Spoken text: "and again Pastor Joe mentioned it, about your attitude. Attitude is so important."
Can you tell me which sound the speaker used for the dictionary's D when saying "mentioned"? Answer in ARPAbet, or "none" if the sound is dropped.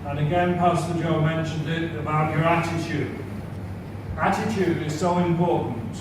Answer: D